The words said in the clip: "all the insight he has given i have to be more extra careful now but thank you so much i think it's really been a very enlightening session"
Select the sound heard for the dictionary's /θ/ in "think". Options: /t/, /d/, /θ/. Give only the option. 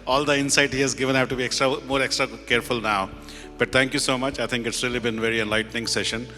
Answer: /t/